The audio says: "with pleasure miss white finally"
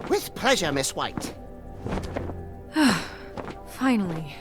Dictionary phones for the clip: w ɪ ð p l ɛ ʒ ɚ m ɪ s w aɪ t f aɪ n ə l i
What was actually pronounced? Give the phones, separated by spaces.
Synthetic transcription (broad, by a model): w ɪ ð p l ɛ ʒ ɚ m ɪ s w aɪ t f aɪ n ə l i